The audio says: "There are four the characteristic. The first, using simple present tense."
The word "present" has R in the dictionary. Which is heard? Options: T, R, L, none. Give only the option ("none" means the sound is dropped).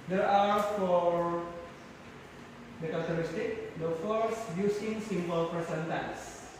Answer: none